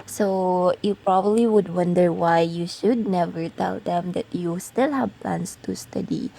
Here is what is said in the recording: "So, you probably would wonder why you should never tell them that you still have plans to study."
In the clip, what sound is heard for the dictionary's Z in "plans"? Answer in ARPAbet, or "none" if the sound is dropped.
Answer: S